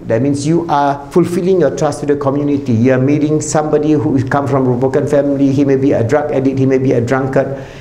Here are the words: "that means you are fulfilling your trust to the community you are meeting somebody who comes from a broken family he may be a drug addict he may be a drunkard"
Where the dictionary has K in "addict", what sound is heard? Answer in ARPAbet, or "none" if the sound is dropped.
none